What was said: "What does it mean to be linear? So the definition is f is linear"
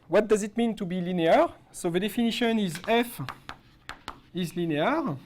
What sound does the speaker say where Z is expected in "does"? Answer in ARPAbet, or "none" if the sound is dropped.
Z